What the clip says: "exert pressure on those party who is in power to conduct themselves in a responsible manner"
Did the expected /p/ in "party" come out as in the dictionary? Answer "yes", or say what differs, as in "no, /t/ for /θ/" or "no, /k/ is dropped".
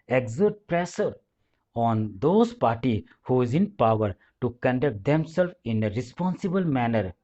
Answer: yes